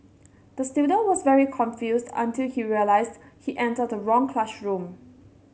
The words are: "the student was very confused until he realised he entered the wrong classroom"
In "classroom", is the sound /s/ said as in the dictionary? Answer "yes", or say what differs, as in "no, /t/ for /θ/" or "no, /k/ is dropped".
no, /ʃ/ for /s/